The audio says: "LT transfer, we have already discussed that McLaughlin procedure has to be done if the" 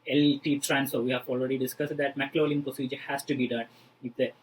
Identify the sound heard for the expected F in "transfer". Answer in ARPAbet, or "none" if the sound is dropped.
none